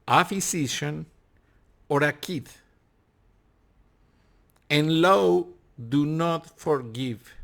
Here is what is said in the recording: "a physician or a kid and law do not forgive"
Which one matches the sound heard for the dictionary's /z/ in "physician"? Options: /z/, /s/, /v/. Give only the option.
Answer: /s/